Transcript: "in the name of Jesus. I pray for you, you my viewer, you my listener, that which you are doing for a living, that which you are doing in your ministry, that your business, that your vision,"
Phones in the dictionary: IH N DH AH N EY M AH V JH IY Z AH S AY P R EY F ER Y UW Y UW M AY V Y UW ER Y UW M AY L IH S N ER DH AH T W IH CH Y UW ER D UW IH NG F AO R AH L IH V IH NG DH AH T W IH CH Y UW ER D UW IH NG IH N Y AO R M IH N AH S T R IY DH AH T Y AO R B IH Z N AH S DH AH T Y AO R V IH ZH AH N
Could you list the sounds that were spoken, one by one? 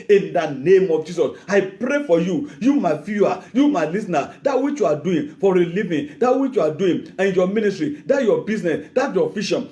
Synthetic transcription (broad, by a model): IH N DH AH N EY M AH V JH IY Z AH S AY P R EY F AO Y UW Y UW M AY F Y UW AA Y UW M AY L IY S N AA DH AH T W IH CH Y UW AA D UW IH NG F AO R AH L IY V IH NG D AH T W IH CH Y UW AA D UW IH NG IH N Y AO M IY N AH S T R IY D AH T Y AO B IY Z N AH S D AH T Y AO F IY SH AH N